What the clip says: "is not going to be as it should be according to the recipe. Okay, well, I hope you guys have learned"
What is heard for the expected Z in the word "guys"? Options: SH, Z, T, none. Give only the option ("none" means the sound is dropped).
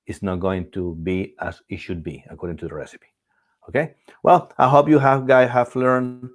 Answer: none